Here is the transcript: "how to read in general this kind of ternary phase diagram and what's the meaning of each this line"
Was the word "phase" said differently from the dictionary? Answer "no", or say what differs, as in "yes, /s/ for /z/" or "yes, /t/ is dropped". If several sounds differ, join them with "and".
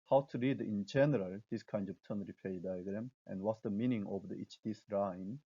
yes, /p/ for /f/